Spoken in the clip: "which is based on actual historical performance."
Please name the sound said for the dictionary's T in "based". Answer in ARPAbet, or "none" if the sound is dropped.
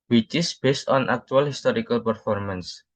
T